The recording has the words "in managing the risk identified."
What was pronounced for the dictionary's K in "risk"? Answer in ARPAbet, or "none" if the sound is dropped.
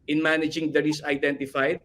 none